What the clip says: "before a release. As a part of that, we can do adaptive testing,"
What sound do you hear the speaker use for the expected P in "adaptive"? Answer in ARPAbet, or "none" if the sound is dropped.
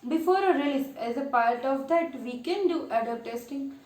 none